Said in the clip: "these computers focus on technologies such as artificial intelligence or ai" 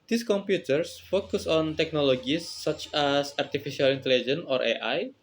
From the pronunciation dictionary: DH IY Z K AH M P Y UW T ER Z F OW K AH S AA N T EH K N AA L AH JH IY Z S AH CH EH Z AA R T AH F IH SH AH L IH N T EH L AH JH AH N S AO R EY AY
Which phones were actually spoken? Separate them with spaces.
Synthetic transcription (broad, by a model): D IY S K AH M P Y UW T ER S F OW K AH S AA N T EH K N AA L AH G IY S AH CH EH S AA R T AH F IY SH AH L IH N T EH L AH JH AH N AO R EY AY